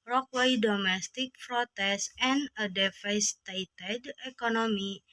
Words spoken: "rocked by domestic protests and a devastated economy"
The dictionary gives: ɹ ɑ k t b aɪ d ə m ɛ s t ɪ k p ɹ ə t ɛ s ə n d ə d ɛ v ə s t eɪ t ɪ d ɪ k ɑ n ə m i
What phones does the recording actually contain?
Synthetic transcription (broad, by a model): ɹ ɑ k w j d ə m ɛ s t ɪ k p ɹ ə t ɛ s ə n ə d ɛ f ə s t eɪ t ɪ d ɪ k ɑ n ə m i